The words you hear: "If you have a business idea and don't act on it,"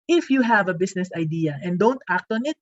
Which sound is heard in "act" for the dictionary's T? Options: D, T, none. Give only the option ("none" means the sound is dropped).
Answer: T